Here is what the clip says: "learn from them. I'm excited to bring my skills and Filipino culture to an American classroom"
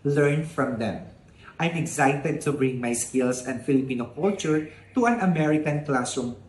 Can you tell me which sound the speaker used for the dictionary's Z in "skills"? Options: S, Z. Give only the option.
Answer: S